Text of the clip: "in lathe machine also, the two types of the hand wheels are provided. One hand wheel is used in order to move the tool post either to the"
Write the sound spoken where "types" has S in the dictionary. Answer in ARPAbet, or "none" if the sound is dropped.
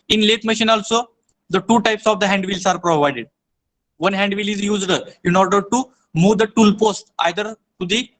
S